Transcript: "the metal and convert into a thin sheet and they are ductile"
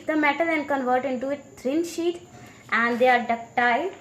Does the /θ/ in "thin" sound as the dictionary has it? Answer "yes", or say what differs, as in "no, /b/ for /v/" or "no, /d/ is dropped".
no, /t/ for /θ/